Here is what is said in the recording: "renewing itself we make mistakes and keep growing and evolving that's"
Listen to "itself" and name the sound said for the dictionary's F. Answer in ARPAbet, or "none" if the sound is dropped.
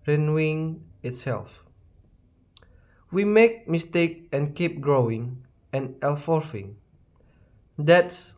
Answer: F